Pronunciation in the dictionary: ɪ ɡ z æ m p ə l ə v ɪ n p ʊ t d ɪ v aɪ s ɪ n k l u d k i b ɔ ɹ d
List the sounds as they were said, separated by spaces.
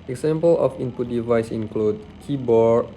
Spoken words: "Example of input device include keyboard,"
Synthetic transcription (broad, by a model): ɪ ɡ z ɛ m p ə l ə f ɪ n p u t d ɪ v aɪ s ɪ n k l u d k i b ɔ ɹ